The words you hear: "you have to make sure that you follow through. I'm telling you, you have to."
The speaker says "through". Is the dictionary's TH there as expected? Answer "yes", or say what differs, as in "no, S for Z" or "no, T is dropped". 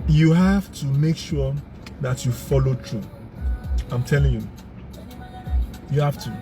no, T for TH